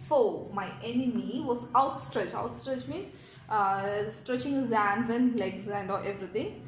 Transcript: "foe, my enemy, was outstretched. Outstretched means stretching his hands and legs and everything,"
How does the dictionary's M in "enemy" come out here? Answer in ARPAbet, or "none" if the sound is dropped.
M